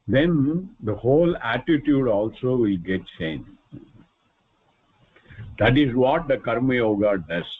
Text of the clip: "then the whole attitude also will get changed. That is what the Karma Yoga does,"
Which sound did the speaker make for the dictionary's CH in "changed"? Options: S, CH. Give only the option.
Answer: S